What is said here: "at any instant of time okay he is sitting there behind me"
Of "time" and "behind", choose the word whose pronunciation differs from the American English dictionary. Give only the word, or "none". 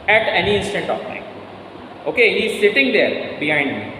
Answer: time